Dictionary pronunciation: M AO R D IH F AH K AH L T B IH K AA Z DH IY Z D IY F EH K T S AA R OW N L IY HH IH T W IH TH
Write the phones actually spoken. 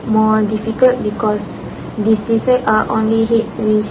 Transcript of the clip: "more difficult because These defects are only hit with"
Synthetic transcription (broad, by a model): M AO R D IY F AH K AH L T B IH K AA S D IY S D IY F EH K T AA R OW N L IY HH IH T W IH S